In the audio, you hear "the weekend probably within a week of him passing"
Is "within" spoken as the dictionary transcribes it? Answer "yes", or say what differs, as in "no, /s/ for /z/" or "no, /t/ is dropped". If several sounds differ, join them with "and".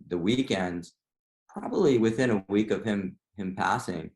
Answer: yes